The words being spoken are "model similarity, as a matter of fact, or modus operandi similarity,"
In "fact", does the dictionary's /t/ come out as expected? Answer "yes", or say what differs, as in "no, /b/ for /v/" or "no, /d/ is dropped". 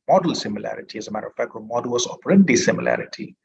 no, /t/ is dropped